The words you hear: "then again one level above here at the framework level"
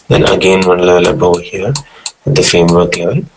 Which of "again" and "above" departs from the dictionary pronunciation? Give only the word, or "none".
above